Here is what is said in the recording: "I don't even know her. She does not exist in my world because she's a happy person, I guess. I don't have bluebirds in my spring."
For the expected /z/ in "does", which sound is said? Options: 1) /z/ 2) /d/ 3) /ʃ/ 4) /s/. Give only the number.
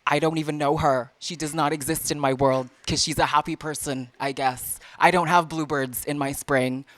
1